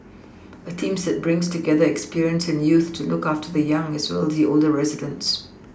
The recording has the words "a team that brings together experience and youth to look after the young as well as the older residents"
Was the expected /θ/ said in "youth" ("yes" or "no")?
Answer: yes